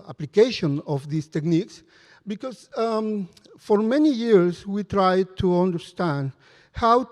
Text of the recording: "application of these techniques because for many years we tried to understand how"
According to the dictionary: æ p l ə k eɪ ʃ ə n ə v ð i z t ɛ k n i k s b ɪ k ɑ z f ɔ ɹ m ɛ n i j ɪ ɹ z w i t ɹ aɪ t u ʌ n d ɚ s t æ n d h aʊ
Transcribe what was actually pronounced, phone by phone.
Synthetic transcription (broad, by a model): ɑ p l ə k eɪ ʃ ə n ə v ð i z t ɛ k n i k s b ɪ k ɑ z f ɔ ɹ m ɛ n i j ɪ ɹ s w i t ɹ aɪ t u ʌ n d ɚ s t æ n d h aʊ